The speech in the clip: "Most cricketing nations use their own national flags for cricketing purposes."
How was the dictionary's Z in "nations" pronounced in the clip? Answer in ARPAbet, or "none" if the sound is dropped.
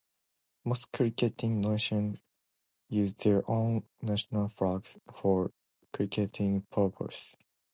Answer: none